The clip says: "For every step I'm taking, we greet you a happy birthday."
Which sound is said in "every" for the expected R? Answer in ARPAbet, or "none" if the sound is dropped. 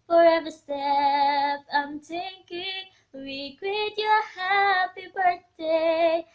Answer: none